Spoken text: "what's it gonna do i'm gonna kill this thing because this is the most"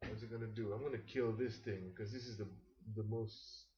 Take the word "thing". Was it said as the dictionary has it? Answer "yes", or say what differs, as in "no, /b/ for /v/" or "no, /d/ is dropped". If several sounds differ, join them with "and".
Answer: yes